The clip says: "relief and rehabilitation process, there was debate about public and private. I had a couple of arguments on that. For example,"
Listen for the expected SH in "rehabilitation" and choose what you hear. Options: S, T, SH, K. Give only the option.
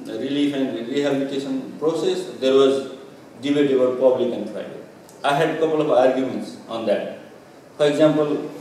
S